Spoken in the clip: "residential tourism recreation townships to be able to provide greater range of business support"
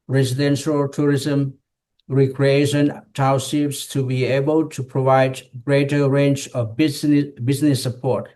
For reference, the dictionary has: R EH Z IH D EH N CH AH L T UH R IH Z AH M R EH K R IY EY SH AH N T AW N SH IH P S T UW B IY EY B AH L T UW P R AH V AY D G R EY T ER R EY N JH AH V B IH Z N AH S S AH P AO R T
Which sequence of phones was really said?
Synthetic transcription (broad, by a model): R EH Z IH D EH N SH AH L T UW R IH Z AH M R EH K R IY EY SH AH N T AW SH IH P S T UW B IY EY B AH L T UW P R AH V AY D G R EY T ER R EY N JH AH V B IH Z N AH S S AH P AO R T